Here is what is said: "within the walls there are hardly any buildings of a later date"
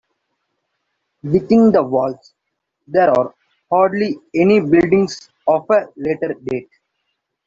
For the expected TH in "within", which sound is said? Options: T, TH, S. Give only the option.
T